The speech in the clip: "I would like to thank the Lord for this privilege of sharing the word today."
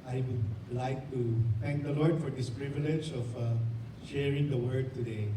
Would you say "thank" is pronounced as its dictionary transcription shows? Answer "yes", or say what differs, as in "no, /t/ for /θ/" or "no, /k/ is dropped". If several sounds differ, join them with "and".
no, /t/ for /θ/